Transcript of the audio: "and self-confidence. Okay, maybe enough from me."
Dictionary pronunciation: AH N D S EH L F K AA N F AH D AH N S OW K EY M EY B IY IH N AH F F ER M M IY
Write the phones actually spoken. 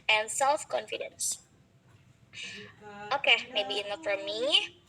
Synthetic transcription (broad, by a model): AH N S EH L F K AA N F AH D AH N S OW K EY M EY B IY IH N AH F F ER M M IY